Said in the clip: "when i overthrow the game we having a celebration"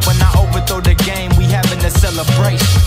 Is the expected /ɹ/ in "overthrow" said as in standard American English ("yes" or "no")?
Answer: no